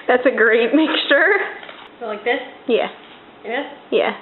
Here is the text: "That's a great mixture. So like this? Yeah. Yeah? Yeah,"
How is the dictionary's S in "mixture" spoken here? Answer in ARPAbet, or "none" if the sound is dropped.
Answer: S